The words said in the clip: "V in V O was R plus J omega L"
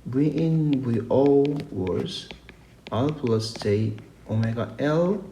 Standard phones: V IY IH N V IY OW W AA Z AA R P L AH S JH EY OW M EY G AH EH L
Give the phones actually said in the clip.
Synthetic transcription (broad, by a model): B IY IH N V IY OW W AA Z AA L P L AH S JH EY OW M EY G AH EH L